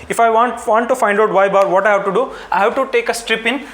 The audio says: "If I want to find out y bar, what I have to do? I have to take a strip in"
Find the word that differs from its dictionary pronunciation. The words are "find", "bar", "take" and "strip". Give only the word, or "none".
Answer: none